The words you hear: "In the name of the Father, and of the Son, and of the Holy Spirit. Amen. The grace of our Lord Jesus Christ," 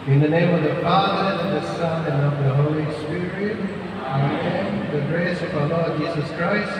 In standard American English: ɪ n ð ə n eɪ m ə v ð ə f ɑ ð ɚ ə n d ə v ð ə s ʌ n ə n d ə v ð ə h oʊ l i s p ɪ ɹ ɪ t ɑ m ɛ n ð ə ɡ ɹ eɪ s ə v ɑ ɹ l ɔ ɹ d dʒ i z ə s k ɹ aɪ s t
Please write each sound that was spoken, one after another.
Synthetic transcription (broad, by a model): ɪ n ð ə n eɪ m ə v ð ə f ɑ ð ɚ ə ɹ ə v ð ə s ʌ n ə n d ə v ð ə h oʊ l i s p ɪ ɹ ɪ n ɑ ɛ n ð ə ɡ ɹ eɪ s ə v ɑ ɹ l ɔ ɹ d dʒ i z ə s k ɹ aɪ s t